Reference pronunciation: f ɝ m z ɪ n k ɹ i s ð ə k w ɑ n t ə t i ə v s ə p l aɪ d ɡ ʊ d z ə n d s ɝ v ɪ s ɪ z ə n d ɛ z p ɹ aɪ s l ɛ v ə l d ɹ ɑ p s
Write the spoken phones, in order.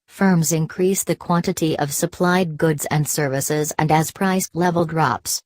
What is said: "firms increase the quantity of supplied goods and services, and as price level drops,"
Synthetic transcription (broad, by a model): f ɝ m z ɪ n k ɹ i s ð ə k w ɑ n t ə t i ə v s ə p l aɪ d ɡ ʊ d z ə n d s ɝ v ɪ s ɪ z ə n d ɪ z p ɹ aɪ s l ɛ v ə l d ɹ ɑ p s